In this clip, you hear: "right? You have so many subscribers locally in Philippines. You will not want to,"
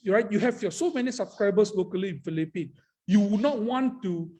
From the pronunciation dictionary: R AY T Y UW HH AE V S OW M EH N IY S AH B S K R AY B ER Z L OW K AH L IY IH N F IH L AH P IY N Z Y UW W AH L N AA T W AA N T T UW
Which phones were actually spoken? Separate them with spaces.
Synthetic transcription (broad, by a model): R AY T Y UW HH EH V S OW M EH N IY S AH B S K R AY B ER S L OW K AH L IY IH N F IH L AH P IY N Y UW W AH N AA T W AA N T T UW